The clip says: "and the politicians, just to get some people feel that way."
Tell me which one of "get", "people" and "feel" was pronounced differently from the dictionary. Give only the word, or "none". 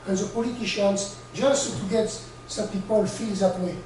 none